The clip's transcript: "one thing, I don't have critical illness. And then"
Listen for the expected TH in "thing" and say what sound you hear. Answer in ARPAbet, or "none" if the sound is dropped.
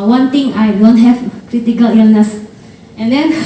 T